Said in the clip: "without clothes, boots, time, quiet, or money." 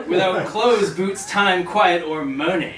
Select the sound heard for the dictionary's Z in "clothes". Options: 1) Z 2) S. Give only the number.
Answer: 1